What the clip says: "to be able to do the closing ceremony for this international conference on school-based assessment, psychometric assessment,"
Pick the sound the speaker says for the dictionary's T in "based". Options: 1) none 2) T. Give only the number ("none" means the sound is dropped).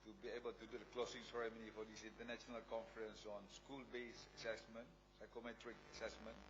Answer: 1